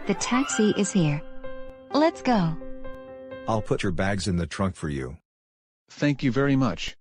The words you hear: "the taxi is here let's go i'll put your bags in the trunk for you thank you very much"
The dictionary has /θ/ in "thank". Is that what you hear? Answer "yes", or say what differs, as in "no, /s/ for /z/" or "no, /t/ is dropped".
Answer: yes